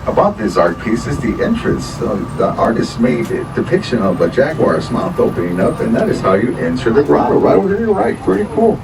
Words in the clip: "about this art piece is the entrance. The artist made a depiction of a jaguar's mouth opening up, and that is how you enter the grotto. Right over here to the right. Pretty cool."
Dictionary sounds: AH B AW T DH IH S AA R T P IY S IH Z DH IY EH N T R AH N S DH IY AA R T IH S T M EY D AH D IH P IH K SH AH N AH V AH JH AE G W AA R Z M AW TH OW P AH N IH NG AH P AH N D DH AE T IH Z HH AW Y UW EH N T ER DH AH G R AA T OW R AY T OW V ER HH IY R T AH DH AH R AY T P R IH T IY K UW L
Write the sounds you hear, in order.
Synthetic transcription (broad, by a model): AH B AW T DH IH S AA R T P IY S IH Z DH IY EH N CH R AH N S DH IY AA R T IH S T M EY D D IH P IH K SH AH N AH V AH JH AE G W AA R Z M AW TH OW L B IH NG AH P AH N DH AE T IH Z HH AW Y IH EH N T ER DH AH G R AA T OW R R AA IH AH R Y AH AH R AY T P R IH T IY K UW L